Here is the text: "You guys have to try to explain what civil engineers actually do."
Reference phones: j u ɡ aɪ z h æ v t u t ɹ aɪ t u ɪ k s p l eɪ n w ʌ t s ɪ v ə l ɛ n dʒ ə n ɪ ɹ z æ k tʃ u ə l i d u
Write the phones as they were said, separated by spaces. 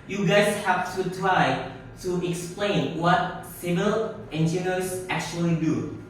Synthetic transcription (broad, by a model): j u ɡ aɪ s h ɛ f t u t ɹ aɪ t u ɪ k s p l eɪ n w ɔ t s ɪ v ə l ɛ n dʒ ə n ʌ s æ k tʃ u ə l i d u